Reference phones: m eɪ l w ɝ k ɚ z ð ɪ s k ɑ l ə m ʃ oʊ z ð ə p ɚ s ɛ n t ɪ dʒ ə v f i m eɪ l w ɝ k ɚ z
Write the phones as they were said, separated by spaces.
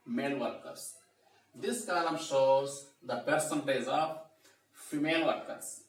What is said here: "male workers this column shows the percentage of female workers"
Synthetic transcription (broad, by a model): m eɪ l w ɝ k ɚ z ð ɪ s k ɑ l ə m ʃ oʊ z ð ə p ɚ s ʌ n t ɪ z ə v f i m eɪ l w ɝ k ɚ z